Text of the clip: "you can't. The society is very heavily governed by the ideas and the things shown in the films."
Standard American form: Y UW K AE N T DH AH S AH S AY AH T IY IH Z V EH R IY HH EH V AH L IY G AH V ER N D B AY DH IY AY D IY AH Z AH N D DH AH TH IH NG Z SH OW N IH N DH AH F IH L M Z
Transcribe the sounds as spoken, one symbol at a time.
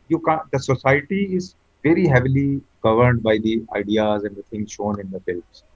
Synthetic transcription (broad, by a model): Y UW K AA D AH S AH S AY AH T IY IH Z V EH R IY HH EH V AH L IY G AH V ER N D B AY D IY AY D IY AH Z AH N D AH T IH NG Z SH OW N IH N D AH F IH L M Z